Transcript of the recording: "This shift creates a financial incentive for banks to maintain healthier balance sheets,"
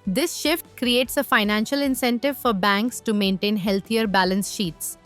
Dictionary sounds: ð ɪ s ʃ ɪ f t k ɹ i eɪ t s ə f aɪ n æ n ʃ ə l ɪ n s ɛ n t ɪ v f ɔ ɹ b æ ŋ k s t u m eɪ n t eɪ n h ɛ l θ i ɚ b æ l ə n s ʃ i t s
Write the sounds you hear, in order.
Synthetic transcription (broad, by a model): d ɪ s ʃ ɪ f t k ɹ i eɪ t s ə f aɪ n æ n ʃ ə l ɪ n s ɛ n t ɪ v f ɔ ɹ b æ ŋ k s t u m eɪ n t eɪ n h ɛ l t i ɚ b æ l ə n s ʃ i t s